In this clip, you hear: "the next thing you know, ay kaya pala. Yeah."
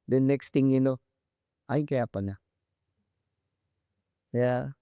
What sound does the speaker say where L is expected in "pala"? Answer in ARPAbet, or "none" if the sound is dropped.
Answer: N